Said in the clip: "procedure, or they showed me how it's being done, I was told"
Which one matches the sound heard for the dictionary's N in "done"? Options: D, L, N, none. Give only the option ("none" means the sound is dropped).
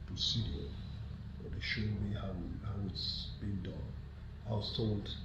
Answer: N